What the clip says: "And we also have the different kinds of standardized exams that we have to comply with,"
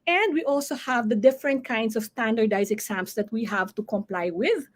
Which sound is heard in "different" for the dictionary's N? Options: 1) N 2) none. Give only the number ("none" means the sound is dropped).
1